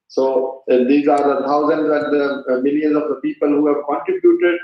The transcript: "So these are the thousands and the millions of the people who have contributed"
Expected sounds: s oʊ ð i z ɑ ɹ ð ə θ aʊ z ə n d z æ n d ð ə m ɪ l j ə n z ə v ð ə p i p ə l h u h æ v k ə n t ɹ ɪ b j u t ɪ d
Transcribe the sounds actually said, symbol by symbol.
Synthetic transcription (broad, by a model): s oʊ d i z ɑ ɹ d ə t aʊ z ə n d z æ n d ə m ɪ l j ə n z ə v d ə p i p ə l h u h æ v k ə n t ɹ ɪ b j u t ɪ d